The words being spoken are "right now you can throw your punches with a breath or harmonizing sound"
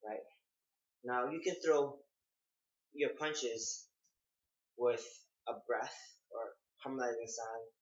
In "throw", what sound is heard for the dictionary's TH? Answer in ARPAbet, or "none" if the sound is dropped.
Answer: TH